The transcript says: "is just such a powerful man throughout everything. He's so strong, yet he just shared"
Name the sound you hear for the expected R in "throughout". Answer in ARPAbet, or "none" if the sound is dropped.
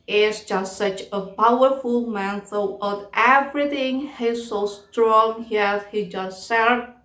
none